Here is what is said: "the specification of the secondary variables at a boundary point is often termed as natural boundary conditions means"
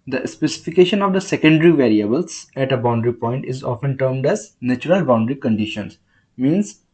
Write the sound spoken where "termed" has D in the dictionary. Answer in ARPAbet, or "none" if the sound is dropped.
D